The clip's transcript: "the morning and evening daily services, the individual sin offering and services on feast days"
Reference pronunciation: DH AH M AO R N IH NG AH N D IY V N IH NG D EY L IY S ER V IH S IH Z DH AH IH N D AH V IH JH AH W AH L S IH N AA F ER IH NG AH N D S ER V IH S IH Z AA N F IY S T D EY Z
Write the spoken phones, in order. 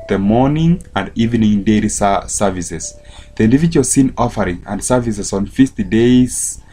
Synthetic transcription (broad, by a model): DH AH M AO R N IH NG AH N D IY V N IH NG D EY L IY S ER V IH S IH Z DH AH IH N D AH V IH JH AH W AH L S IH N AA F ER IH NG AH N D S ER V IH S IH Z AA N F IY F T D EY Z